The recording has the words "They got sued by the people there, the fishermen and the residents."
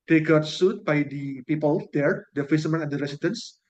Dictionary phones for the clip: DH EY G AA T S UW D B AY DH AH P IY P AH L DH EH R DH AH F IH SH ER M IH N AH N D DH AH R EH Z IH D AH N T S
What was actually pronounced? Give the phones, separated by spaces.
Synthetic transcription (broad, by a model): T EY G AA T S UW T B AY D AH P IY P AH L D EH R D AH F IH S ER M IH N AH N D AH R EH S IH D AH N S